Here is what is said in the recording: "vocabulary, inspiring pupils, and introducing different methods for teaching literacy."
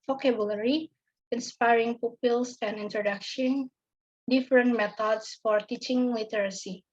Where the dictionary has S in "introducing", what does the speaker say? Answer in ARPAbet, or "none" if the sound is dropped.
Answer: SH